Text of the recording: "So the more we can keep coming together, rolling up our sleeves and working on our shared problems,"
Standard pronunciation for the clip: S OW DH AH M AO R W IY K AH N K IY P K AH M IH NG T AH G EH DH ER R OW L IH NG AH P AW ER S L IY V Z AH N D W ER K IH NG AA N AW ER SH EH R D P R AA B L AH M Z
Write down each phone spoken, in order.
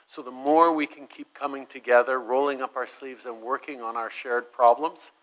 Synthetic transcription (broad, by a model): S OW DH AH M AO R W IY K AH N K IY P K AH M IH NG T AH G EH DH ER R OW L IH NG AH P AW ER S L IY V Z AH N W ER K IH NG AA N AW ER SH EH R D P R AA B L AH M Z